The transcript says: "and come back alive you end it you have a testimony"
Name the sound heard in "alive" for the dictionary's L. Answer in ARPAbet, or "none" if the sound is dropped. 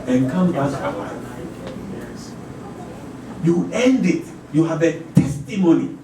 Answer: N